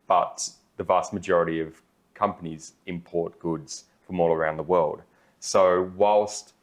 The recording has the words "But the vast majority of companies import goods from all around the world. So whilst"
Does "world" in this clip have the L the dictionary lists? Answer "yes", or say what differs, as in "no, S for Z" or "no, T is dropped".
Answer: yes